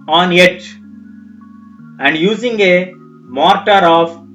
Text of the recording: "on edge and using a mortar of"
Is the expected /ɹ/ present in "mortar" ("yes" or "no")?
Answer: yes